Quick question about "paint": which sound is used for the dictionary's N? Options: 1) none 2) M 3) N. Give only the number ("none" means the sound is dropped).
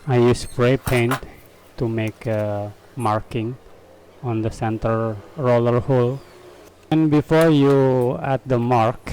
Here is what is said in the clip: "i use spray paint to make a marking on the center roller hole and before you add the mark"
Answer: 3